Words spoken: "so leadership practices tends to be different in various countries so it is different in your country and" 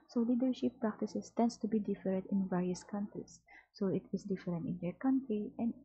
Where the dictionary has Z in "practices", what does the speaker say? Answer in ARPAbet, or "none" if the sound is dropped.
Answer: S